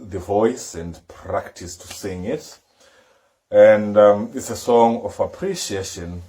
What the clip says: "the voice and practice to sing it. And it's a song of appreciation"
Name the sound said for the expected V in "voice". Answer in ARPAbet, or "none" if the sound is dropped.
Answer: V